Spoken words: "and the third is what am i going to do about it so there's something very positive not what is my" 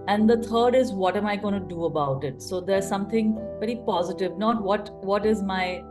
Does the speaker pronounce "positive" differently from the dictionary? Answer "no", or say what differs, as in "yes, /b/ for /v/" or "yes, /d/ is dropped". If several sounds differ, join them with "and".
no